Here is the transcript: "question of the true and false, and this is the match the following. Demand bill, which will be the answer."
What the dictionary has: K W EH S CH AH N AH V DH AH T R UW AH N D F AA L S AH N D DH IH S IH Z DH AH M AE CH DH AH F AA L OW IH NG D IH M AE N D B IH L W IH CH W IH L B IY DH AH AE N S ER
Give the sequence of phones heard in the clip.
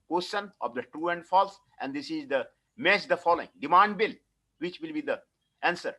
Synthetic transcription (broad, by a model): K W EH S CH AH N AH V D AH T R UW AH N D F AA L S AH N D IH S IH Z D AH M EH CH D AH F AA L OW IH NG D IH M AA N D B IH L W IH CH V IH L B IY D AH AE N S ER